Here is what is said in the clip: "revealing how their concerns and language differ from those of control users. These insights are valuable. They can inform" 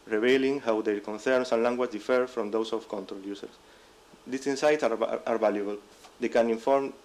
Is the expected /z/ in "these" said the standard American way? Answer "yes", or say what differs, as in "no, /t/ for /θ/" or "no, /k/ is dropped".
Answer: no, /s/ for /z/